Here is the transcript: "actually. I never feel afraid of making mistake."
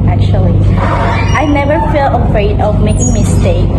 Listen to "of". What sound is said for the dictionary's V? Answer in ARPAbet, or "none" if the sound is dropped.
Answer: V